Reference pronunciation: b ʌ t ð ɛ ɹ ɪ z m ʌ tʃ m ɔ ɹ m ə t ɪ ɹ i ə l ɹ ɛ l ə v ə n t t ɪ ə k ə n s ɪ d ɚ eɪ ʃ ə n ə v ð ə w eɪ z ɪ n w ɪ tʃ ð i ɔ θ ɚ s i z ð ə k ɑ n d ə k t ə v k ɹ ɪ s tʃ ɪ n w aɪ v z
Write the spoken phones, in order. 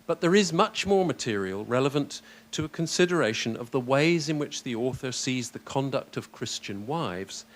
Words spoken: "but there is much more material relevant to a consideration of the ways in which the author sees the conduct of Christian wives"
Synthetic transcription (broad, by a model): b ʌ t ð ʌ ɹ ɪ z m ʌ tʃ m ɔ ɹ m ə t ɪ ɹ i ə l ɹ ɛ l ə v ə n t t ɪ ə k ə n s ɪ d ɚ eɪ ʃ ə n ə v ð ə w eɪ z ɪ n w ɪ tʃ ð i ɔ θ ɚ s i z ð ə k ɑ n d ə k t ə v k ɹ ɪ s tʃ ɪ n w aɪ v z